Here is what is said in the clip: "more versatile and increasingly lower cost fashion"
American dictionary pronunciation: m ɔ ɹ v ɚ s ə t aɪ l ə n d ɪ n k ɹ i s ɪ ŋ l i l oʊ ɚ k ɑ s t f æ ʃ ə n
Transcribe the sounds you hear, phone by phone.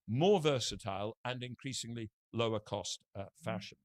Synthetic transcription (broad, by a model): m ɔ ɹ v ɚ s ə t aɪ l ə n ɪ n k ɹ i s ɪ ŋ l i l oʊ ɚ k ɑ s t f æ ʃ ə n